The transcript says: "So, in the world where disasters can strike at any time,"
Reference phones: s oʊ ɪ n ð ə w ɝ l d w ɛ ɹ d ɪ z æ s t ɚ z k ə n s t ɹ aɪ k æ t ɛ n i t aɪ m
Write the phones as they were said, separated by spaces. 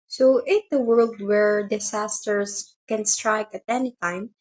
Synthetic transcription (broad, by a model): s oʊ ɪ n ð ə w ɝ l d w ɛ ɹ d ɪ s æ s t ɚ s k ə n s t ɹ aɪ k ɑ t ɛ n i t aɪ m